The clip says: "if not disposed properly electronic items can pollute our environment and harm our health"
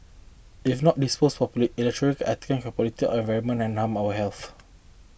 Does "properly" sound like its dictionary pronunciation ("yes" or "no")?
no